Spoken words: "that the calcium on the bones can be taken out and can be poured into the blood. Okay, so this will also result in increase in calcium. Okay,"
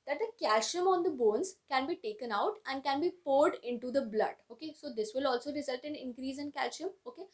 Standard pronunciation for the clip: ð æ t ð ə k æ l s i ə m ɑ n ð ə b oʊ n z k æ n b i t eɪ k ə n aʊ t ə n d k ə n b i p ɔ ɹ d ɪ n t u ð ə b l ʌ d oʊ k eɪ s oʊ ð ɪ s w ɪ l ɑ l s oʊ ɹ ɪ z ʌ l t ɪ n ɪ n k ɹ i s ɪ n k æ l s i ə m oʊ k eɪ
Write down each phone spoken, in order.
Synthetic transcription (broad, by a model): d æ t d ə k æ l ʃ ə m ɑ n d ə b oʊ n z k æ n b i t eɪ k ə n aʊ t ə n d k ə n b i p ɔ ɹ d ɪ n t u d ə b l ʌ d oʊ k eɪ s oʊ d ɪ s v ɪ l ɑ l s oʊ ɹ ɪ z ʌ l t ɪ n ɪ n k ɹ i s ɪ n k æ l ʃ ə m oʊ k eɪ